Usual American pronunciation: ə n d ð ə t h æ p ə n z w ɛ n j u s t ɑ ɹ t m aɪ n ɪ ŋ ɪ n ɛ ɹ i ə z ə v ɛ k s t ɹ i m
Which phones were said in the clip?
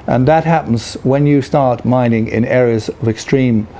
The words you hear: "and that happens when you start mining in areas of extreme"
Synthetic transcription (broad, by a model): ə n ð ə t h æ p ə n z w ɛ n j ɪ s t ɑ ɹ t m aɪ n ɪ ŋ ɪ n ɛ ɹ i ə z ə v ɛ k s t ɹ i m